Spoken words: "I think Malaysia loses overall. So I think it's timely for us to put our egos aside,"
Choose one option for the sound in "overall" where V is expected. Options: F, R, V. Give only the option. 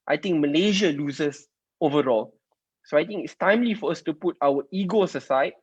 V